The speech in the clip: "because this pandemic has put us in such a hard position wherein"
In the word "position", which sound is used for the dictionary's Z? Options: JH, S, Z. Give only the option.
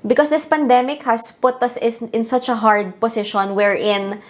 S